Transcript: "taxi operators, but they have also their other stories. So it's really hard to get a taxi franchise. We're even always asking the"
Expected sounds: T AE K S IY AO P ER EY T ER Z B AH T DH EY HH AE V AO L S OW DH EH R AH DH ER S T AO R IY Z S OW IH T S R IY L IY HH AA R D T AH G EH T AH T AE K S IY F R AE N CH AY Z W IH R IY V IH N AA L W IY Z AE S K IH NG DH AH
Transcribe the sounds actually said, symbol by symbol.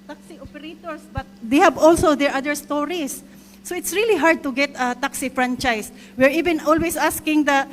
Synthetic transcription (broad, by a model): T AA K S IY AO P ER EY T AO S B AH T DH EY HH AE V AO L S OW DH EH R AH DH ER S T AO R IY S OW IH T S R IY L IY HH AA R D T AH G EH T AH T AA K S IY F R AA N CH AY S W IH R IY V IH N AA L W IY S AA S K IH NG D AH